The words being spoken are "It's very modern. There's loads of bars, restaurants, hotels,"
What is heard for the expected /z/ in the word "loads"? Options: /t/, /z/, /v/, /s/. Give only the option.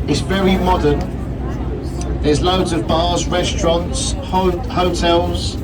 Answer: /z/